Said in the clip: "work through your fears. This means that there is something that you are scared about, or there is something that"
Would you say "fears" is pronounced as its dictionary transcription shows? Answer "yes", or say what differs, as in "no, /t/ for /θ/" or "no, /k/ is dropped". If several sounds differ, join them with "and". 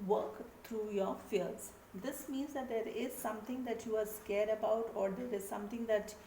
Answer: no, /l/ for /ɹ/